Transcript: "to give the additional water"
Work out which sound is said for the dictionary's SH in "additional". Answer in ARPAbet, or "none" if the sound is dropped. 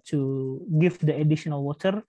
SH